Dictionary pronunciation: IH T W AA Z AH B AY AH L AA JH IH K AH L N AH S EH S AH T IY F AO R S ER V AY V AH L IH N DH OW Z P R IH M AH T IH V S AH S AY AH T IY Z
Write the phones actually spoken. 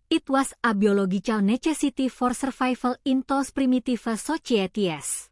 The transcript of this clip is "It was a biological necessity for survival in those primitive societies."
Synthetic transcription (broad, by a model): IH T W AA S AH B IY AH L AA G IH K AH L N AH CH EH S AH T IY F AO R S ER F AY F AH L IH N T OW S P R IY M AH T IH F S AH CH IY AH T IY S